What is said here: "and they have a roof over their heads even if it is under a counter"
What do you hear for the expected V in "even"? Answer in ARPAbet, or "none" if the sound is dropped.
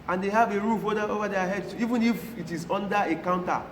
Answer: V